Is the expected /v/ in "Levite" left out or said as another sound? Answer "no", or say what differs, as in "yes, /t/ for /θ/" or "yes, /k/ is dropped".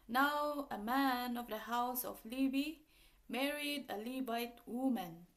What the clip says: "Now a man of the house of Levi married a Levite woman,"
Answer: yes, /b/ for /v/